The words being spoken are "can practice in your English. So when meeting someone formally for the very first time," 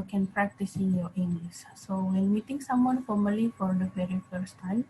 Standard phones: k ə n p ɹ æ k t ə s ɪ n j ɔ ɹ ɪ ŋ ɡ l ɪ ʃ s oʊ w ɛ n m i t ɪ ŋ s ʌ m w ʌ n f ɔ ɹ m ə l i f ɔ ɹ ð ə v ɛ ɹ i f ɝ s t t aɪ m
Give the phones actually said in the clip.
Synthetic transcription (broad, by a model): k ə n p ɹ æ k t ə s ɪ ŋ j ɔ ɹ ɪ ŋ ɡ l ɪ s s oʊ w ɛ n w i t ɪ ŋ s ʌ m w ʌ n f ɔ ɹ m ə l i f ɔ ɹ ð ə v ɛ ɹ i f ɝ s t t aɪ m